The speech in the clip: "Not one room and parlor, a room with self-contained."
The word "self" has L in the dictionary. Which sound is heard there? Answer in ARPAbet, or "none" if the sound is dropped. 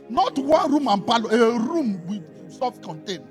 none